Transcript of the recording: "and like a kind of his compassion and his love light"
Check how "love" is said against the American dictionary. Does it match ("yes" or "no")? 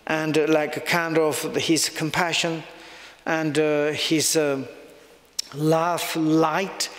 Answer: no